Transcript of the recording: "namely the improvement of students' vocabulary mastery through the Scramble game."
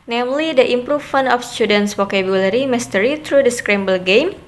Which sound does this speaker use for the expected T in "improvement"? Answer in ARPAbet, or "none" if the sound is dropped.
none